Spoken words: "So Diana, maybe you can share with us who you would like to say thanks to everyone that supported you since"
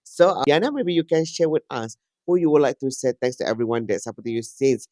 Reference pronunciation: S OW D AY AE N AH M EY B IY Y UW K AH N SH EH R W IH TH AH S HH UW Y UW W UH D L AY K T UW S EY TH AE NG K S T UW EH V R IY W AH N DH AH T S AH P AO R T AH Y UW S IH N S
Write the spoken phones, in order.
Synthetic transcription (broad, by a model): S OW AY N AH M EY B IY Y UW K AH N SH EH W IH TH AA S HH UW Y UW W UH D L AY K T UW S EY T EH NG S T UW EH V R IY W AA N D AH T S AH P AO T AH Y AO S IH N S